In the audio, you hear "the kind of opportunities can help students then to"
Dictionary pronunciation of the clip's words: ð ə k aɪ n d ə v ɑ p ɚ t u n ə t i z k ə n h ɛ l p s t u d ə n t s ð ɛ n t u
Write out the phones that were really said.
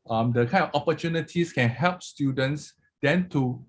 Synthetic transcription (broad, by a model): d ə k aɪ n ə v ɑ p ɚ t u n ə t i s k ə n h ɛ l p s t u d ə n t s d ɛ n t u